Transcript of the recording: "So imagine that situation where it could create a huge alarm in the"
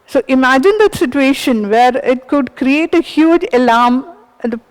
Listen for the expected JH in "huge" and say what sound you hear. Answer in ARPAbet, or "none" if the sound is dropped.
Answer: JH